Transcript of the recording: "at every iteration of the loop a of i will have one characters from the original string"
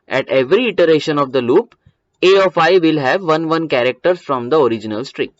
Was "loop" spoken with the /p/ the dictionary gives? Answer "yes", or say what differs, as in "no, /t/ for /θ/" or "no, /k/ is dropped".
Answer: yes